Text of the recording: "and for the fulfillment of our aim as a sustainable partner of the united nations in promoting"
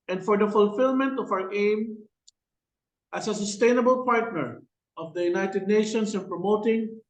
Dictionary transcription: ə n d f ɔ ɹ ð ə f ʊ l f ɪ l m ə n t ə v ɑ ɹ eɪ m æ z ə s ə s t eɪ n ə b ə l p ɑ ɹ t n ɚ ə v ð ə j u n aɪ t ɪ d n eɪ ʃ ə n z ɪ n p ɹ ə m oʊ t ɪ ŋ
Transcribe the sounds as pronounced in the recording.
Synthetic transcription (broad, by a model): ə n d f ɔ ɹ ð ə f ʊ l f ɪ l m ə n t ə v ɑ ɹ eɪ m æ s ə s ə s t eɪ n ə b ə l p ɑ ɹ t n ɚ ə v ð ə j u n aɪ t ɪ d n eɪ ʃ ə n s ɪ n p ɹ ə m oʊ t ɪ ŋ